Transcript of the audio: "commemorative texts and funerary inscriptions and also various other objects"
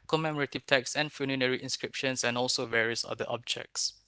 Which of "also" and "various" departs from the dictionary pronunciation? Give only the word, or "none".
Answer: none